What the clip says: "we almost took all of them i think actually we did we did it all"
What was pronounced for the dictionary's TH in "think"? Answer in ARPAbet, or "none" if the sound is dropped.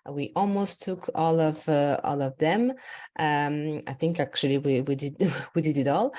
TH